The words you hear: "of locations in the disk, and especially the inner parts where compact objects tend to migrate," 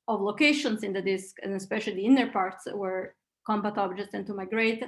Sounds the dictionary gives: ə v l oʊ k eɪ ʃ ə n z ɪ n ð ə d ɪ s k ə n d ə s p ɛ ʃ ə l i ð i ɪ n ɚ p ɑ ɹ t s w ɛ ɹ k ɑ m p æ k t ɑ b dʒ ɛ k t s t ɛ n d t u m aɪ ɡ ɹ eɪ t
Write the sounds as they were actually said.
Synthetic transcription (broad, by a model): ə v l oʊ k eɪ ʃ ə n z ɪ n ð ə d ɪ s k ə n ə s p ɛ ʃ ə l i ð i ɪ n ɚ p ɑ ɹ t s w ɛ ɹ k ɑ m b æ t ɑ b dʒ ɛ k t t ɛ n t u m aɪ ɡ ɹ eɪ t